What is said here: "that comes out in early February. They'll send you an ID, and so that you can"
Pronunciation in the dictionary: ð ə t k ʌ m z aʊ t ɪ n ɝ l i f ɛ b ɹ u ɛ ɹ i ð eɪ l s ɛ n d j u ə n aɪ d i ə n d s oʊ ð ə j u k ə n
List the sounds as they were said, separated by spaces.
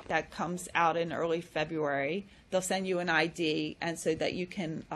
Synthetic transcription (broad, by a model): ð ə t k ʌ m z aʊ t ɪ n ɝ l i f ɛ b ɹ u ɛ ɹ i ð eɪ l s ɛ n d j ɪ ə n aɪ d i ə n s oʊ ð ə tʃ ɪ k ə n